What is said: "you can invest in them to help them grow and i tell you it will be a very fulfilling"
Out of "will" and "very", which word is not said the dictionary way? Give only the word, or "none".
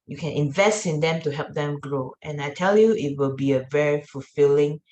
none